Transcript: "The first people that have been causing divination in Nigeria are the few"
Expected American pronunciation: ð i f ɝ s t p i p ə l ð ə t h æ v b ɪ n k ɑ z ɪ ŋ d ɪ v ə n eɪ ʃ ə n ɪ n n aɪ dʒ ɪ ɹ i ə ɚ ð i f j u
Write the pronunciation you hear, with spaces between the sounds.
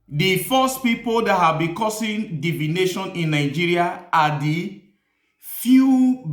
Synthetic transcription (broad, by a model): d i f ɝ s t p i p ə l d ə t h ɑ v b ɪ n k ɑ s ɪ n d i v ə n eɪ ʃ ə n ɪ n n aɪ dʒ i ɹ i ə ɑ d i f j u